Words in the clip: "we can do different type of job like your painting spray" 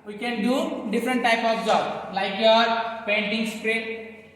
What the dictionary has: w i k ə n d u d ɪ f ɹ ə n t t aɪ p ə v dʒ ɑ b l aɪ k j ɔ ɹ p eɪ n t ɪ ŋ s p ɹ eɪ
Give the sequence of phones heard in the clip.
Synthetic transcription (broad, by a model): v i k ə n d u d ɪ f ɹ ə n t t aɪ p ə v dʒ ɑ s l aɪ k j ɔ ɹ p eɪ n t ɪ ŋ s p ɹ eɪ